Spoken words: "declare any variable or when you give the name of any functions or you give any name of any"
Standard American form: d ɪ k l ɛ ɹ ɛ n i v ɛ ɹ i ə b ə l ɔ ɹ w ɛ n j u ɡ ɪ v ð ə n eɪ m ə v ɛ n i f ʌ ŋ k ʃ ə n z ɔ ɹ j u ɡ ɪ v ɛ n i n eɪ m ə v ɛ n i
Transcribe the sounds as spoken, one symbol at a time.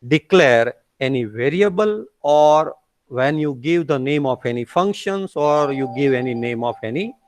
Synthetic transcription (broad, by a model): d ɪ k l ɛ ɹ ɛ n i v ɛ ɹ i ə b ə l ɔ ɹ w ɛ n j u ɡ ɪ v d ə n eɪ m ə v ɛ n i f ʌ ŋ k ʃ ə n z ɔ ɹ j u ɡ ɪ v ɛ n i n eɪ m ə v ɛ n i